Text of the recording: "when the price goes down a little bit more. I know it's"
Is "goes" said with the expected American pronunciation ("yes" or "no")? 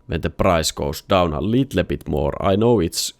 no